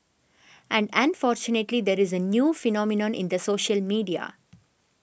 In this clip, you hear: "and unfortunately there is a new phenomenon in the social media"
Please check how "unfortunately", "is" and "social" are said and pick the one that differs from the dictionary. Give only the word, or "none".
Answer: none